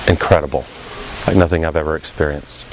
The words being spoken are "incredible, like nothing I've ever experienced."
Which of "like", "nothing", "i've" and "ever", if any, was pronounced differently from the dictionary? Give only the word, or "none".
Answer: none